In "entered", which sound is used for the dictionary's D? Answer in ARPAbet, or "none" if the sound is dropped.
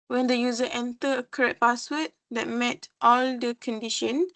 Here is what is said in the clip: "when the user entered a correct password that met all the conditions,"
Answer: none